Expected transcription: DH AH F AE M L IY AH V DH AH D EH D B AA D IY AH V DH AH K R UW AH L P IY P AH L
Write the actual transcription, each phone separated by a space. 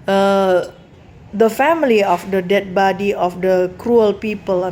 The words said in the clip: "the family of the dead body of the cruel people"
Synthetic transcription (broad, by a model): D AH F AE M L IY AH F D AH D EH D B AA D IY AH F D AH K R UW AH L P IY P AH L